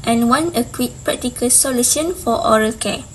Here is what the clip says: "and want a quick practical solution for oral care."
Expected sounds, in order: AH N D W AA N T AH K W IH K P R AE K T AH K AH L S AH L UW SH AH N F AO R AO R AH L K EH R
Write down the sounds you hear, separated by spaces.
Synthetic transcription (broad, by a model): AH N W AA N AH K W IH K P R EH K T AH K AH L S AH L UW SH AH N F AO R AO R AH L K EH